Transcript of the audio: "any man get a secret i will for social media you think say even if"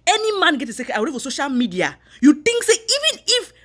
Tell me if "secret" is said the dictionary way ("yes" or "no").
no